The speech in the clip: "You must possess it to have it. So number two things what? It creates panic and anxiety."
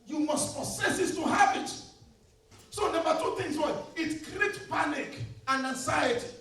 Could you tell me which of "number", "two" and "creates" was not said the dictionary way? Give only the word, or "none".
creates